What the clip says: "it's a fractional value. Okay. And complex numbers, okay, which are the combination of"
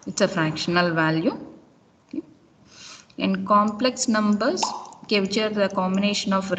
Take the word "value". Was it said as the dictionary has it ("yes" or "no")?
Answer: yes